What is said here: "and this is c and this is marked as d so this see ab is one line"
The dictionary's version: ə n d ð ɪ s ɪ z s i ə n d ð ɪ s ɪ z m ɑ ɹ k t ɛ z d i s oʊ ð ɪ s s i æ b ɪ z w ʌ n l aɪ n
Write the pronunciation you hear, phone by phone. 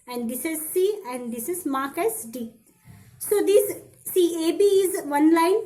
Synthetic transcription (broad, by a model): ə n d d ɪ s ɪ z s i ə n d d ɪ s ɪ z m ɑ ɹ k ɛ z d i s oʊ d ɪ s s i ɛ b ɪ z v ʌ n l aɪ n